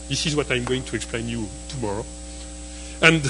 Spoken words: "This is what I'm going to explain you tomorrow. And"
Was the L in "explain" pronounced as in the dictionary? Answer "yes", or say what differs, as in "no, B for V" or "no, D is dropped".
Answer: yes